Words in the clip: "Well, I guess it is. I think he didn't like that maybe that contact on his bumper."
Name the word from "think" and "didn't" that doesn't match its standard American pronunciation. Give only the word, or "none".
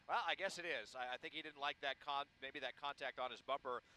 none